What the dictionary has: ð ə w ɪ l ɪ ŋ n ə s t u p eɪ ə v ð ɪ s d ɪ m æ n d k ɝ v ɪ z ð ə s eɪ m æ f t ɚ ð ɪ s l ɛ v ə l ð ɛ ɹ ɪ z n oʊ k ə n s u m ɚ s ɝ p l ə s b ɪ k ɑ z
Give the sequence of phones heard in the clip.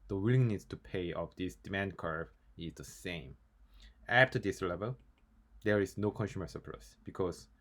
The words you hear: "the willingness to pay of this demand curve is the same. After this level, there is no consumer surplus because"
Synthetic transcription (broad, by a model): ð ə w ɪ l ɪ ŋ n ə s t u p eɪ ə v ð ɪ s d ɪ m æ n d k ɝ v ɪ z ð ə s eɪ m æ f t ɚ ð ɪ s l ɛ v ə l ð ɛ ɹ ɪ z n oʊ k ə n s u m ɚ s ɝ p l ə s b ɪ k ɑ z